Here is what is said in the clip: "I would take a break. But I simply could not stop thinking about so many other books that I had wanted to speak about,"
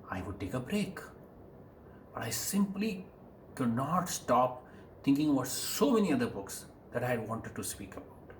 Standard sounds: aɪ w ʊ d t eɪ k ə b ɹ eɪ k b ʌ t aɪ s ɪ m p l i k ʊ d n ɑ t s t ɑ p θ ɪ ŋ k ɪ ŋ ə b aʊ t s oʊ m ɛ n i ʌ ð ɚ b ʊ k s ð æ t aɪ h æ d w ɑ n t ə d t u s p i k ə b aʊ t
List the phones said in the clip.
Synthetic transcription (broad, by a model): aɪ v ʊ d t eɪ k ə b ɹ eɪ k b ʌ t aɪ s ɪ m p l i k ʊ d n ɑ t s t ɑ p t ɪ ŋ k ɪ ŋ ə b aʊ t s oʊ m ɛ n i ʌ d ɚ b ʊ k s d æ t aɪ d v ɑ n t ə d t u s p i k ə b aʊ t